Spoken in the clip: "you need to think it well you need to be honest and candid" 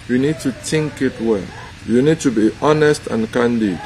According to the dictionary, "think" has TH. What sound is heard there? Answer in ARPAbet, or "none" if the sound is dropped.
T